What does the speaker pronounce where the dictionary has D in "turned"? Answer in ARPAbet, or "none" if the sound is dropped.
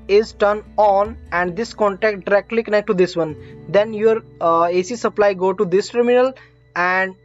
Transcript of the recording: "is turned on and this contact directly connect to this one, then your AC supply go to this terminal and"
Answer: none